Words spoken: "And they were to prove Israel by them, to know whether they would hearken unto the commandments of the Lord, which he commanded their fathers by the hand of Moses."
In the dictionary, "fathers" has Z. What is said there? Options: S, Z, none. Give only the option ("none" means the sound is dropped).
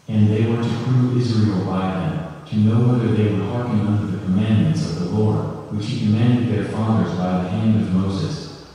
Z